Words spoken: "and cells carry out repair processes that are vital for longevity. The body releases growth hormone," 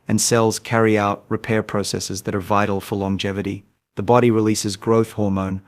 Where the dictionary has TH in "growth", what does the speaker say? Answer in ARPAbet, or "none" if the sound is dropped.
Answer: TH